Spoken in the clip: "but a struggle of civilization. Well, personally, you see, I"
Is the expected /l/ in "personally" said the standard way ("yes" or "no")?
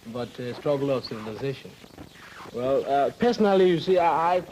yes